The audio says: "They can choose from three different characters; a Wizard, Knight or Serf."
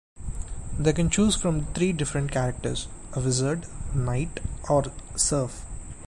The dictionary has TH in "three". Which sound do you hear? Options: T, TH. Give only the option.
T